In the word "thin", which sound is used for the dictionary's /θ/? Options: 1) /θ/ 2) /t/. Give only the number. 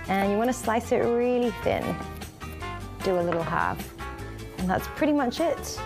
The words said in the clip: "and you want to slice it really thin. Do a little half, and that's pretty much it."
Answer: 1